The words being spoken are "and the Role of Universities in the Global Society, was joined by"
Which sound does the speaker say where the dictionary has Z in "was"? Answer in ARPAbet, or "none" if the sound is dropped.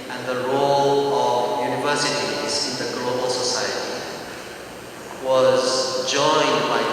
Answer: Z